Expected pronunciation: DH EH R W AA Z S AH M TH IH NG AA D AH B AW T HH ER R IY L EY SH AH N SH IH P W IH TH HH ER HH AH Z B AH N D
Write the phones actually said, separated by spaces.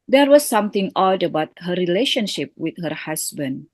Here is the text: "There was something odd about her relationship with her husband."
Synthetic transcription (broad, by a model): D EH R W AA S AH M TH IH NG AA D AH B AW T HH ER R IY L EY SH AH N SH IH P W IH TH HH ER HH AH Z B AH N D